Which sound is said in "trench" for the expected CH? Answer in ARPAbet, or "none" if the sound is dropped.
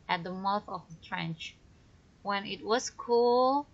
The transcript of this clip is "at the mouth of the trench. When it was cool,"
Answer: CH